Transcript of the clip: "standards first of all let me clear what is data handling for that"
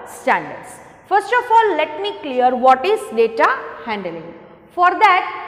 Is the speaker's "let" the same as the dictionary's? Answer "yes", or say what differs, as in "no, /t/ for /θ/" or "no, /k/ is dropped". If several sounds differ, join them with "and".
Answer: yes